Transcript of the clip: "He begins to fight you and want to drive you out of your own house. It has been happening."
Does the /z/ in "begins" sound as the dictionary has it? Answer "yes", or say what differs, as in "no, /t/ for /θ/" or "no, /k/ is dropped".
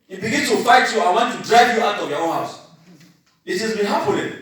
no, /s/ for /z/